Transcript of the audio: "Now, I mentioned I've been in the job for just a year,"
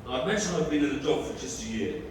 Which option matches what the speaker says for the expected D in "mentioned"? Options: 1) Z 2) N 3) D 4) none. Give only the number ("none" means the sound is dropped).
4